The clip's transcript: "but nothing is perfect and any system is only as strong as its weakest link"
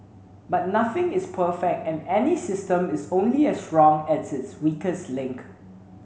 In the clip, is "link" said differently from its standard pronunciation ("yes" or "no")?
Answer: no